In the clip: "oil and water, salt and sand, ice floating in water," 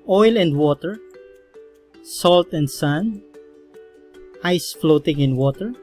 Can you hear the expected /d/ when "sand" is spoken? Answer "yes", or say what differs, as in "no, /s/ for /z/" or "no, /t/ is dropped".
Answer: no, /d/ is dropped